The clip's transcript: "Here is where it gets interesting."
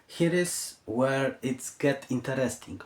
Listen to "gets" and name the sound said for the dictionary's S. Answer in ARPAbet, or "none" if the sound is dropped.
none